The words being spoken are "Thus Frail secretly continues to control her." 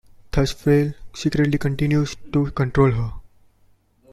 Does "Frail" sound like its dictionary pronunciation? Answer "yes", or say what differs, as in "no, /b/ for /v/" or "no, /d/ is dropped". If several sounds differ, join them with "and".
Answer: no, /ɹ/ is dropped